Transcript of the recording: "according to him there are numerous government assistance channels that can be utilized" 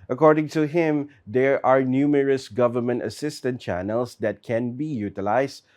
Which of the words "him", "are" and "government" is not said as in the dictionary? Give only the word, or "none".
none